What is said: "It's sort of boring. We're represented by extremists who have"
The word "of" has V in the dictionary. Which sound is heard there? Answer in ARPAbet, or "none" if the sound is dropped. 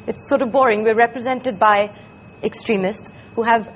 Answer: V